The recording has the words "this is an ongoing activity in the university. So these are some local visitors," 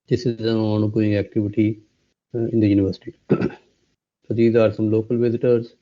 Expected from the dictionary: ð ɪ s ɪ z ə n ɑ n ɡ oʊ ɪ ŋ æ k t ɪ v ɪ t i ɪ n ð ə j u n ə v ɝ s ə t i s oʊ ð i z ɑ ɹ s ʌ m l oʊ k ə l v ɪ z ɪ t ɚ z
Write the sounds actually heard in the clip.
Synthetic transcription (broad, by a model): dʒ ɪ s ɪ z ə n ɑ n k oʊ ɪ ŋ æ k t ɪ v ɪ t i ɪ n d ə j u n ə v ɝ s ə t i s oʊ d i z ɑ ɹ s ʌ m l oʊ k ə l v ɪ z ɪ t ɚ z